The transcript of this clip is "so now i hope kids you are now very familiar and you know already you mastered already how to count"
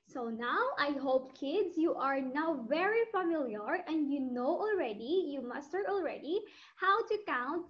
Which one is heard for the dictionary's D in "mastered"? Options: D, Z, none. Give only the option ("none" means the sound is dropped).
none